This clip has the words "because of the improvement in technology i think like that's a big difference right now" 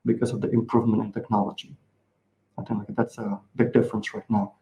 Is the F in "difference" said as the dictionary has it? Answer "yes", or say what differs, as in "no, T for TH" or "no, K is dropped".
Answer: yes